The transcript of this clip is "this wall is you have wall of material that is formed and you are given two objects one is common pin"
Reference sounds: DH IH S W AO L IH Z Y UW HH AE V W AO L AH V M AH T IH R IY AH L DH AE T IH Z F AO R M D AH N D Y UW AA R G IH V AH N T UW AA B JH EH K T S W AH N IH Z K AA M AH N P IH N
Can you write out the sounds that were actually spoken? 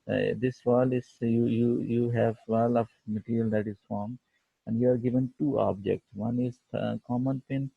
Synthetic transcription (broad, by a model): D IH S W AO L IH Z Y UW HH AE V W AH L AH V M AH T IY R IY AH L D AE T IH Z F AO R M AH N D Y UW AA R G IH V AH N T UW AA B JH EH K T S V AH N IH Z K AA M AH N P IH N